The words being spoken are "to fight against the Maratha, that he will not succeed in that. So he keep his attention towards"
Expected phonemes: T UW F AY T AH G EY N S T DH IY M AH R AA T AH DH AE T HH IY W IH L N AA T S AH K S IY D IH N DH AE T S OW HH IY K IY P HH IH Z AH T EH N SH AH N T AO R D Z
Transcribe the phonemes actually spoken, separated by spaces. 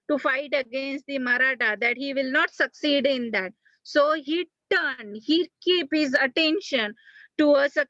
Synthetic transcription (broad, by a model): T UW F AY T AH G EY N S T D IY M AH R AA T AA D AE T HH IY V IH L N AA T S AH K S IY D IH N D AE T S OW HH IY K IY P HH IH Z AH T EH N SH AH N T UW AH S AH